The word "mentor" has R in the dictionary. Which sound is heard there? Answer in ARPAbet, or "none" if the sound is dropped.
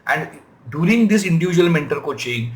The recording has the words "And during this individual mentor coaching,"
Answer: L